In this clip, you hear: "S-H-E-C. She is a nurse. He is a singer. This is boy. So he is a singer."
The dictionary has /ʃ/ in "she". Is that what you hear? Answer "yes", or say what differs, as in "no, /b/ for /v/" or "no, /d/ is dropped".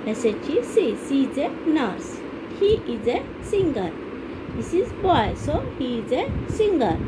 no, /s/ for /ʃ/